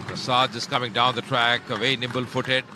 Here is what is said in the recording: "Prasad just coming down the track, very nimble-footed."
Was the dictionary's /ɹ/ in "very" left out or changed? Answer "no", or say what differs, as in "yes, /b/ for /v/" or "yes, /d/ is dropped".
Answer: yes, /ɹ/ is dropped